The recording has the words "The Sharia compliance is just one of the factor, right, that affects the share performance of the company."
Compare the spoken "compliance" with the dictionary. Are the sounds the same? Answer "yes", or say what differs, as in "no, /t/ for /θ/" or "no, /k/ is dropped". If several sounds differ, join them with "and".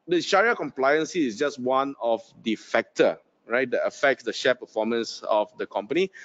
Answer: yes